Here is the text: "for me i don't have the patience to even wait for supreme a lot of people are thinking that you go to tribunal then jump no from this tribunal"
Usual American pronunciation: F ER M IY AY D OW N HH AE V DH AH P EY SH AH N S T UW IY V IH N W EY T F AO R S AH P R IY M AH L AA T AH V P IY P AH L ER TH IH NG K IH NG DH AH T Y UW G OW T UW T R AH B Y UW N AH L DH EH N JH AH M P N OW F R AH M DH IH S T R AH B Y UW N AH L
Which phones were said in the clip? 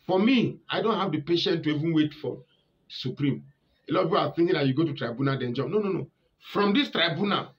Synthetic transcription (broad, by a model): F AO M IY AY D OW N HH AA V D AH P EY SH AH N T UW IY V IH N W EY T F AO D S AH P R IY M AH L AA T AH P IY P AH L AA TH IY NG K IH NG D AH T Y UW G OW T UW T R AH B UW N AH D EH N JH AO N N N OW F R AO M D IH S T R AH B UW N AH